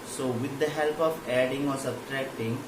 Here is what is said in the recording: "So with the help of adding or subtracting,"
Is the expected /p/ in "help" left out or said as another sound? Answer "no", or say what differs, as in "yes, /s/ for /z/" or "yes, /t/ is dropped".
no